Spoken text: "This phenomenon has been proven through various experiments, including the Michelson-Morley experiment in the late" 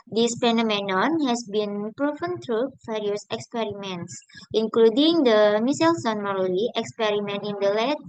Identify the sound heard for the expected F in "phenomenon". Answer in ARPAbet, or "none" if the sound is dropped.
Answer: P